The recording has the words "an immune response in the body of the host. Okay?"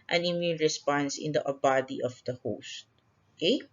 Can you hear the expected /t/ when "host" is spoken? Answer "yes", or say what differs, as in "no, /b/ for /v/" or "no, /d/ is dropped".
yes